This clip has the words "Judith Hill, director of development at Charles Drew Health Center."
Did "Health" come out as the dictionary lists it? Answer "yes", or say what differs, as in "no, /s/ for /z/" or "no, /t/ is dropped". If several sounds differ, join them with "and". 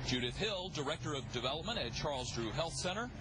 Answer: yes